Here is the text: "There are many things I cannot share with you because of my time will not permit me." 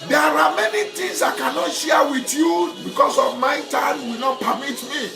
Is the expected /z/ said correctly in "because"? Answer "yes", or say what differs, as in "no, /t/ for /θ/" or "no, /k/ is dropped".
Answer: no, /s/ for /z/